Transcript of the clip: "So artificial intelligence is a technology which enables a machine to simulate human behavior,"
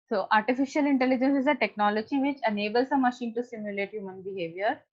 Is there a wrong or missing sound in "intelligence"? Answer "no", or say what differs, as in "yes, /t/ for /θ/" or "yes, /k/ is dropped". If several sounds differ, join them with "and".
no